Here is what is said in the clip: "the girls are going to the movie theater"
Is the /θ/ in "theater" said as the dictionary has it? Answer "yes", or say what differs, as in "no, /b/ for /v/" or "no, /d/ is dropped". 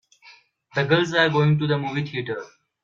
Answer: no, /t/ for /θ/